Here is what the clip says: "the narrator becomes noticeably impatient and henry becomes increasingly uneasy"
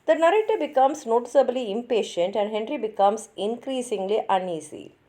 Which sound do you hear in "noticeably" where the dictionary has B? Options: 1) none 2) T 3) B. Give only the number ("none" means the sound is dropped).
3